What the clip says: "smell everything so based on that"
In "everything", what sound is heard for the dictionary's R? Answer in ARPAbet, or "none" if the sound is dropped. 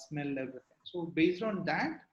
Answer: none